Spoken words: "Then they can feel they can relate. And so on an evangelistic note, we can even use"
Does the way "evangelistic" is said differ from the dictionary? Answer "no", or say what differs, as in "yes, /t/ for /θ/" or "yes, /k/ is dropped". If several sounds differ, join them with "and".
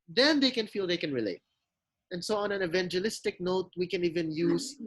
no